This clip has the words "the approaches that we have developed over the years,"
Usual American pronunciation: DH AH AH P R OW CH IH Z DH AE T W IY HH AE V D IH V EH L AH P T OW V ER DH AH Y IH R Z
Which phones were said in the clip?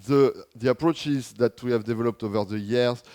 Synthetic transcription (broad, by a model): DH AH AH P R OW CH IH Z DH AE T W IY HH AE V D IH V EH L AH P T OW V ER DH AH Y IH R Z